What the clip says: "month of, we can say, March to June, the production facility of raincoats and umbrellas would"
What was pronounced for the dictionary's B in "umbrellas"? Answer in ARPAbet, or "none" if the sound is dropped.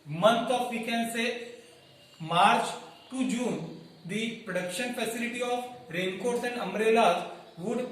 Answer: none